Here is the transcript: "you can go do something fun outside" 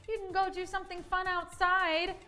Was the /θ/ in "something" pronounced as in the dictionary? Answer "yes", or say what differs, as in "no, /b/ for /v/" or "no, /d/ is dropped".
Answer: yes